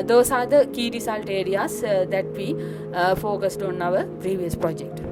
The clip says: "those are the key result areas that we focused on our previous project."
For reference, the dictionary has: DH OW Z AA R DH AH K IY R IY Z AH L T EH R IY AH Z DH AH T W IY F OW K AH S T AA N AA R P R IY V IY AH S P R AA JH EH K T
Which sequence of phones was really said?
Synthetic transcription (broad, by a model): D OW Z AA R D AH K IY R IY S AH L T EH R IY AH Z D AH T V IY F OW K AH S T AA N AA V P R IY V IY AH S P R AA JH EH K T